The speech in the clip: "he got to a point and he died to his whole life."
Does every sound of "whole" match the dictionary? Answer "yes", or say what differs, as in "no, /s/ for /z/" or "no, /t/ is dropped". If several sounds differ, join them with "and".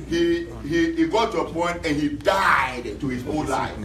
no, /n/ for /l/